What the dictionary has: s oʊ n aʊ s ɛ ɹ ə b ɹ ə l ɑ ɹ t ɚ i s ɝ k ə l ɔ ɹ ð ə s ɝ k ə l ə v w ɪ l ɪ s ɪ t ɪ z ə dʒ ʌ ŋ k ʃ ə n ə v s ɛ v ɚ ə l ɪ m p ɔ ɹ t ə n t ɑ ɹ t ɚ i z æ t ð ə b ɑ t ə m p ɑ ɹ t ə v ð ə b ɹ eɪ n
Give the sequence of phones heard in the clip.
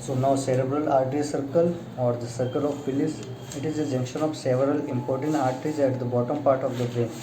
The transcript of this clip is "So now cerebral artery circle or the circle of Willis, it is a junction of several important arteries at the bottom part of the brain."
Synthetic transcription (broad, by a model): s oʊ n aʊ s ɛ ɹ ə b ɹ ə l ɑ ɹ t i s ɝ k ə l ɔ ɹ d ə s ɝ k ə l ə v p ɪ l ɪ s ɪ t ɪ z ə dʒ ʌ ŋ k ʃ ə n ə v s ɛ v ɚ ə l ɪ m p ɔ ɹ t ə n t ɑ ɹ t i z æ t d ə b ɑ t ə m p ɑ ɹ t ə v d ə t ɹ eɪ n